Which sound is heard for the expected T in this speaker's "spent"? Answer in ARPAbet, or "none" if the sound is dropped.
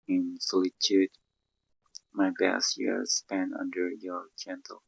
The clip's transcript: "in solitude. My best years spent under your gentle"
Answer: none